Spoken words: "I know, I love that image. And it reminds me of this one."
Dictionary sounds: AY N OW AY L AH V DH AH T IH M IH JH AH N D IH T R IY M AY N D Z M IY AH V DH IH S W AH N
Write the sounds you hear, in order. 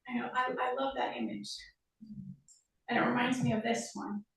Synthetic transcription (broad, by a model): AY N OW AY L AH V DH AH T IH M IH JH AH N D IH T R IY M AY N D Z M IY AH V DH IH S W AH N